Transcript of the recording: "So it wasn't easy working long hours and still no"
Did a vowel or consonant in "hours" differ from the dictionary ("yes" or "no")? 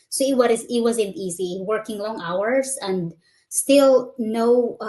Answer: yes